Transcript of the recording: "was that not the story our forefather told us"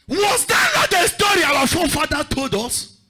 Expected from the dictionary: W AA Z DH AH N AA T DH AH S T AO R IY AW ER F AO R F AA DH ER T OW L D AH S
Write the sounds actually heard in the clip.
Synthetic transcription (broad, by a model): W AA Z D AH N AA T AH S T AO R IY AW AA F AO F AA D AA T OW L D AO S